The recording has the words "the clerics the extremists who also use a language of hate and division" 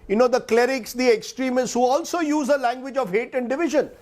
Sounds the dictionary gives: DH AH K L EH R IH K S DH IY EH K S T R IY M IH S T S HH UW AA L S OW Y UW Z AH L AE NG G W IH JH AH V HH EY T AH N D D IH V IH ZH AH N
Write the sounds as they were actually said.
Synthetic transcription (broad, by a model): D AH K L EH R IH K S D IY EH K S T R IY M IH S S HH UW AA L S OW Y UW Z AH L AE NG G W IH JH AH V HH EY T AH N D D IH V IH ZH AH N